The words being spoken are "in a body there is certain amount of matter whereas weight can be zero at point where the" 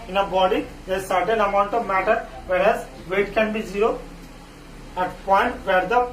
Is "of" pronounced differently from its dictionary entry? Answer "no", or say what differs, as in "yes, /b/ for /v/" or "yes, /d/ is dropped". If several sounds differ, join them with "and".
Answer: no